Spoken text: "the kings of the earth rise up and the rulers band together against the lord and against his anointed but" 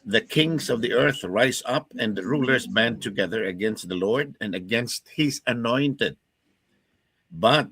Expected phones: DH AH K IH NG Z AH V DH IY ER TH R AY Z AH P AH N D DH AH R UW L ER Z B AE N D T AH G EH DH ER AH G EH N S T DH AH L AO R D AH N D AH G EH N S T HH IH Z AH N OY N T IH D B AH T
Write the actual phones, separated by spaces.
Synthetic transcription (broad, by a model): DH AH K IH NG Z AH V DH IY ER TH R AY Z AH P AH N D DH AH R UW L ER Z B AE N T AH G EH DH ER AH G EH N S T DH AH L AO R D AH N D AH G EH N S T HH IH Z AH N OY N T IH D B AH T